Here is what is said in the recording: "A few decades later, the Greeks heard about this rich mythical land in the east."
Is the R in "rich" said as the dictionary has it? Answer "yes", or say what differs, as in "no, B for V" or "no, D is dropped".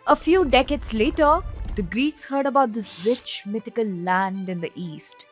no, W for R